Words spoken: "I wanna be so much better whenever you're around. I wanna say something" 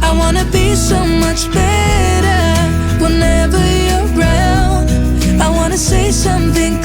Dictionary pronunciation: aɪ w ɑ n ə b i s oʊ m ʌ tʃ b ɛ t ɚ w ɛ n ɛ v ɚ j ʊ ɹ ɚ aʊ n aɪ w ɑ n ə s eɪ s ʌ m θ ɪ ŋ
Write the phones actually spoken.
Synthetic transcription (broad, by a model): aɪ w ɑ n ə b i s oʊ m ʌ tʃ b ɛ t ɚ w ɛ n ɛ v ɚ j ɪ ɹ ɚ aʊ l aɪ w ɑ n ə s eɪ s ʌ m θ ɪ ŋ